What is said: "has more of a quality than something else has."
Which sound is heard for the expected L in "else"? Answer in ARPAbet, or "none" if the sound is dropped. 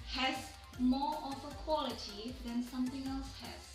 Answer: L